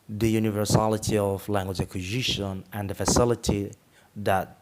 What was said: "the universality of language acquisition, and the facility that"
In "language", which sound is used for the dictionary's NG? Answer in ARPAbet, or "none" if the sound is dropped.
NG